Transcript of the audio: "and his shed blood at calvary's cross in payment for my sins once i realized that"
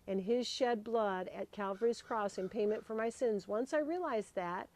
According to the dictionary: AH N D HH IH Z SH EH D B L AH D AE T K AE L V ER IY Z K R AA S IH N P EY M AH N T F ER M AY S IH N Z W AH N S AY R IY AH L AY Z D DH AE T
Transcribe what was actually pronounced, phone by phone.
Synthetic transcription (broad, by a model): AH N IH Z SH EH D B L AH D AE T K AE L V ER IY Z K R AA S IH N P EY M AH N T F ER M AY S IH N Z W AH N S AY R IY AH L AY Z DH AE T